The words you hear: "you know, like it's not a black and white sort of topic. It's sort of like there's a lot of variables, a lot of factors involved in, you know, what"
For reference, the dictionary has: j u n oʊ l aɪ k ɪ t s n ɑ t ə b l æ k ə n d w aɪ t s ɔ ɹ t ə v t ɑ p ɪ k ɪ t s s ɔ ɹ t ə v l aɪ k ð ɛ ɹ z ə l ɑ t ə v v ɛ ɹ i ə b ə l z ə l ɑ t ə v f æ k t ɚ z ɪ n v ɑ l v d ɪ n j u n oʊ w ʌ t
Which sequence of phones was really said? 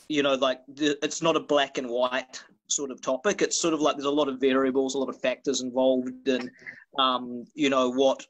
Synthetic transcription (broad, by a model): j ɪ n oʊ l aɪ k ɪ t s n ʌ t ə b l æ k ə n w aɪ t s ɔ ɹ t ə v t ɑ p ɪ k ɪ t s s ɔ ɹ t ə v l aɪ k ð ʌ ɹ z ə l ɑ t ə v v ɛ ɹ i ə b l z ə l ɑ t ə v f æ k t ɚ z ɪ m v ɑ l v d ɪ n j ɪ n oʊ w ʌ t